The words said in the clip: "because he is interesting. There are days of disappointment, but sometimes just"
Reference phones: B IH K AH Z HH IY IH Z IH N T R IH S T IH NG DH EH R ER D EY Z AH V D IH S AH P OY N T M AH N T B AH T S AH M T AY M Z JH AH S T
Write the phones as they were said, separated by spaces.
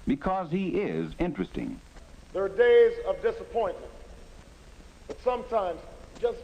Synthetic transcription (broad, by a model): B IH K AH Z HH IY IH Z IH N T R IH S T IH NG DH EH R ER D EY Z AH V D IH S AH P OY N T M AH N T B AH T S AH M T AY M Z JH AH S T